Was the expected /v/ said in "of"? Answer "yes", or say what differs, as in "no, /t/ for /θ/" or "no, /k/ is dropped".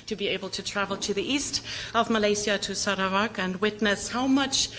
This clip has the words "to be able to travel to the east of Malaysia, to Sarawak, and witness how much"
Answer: yes